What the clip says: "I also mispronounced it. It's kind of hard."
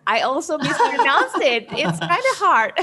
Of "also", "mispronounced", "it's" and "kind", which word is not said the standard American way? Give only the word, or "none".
mispronounced